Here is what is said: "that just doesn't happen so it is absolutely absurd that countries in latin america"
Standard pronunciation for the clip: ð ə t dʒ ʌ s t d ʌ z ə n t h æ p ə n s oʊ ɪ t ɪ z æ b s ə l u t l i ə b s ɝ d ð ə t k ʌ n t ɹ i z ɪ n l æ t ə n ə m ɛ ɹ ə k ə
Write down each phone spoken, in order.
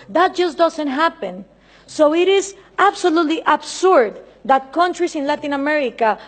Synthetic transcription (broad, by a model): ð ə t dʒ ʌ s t d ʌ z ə n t h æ p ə n s oʊ ɪ t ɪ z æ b s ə l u t l i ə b s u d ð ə t k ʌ n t ɹ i s ɪ n l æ t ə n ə m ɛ ɹ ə k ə